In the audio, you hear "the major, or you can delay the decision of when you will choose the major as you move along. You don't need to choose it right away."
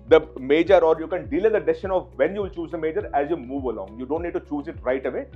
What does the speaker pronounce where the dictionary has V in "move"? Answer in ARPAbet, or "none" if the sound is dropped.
V